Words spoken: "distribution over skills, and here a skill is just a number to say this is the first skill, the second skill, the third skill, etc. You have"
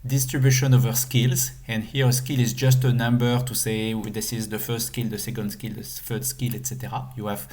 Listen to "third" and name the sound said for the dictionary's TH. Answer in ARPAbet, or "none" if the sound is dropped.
F